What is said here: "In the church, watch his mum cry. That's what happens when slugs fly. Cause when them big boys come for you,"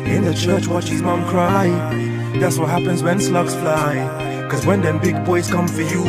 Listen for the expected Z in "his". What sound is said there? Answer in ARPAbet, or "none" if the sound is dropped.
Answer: Z